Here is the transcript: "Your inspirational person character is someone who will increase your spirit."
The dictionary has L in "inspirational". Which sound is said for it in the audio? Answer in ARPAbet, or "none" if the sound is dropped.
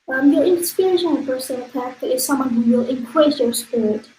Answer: N